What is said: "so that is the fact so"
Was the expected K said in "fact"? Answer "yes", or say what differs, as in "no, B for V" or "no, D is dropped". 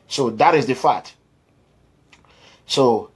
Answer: no, K is dropped